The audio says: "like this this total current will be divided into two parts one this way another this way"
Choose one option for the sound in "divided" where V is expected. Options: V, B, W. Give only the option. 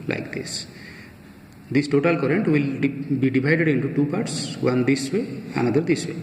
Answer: B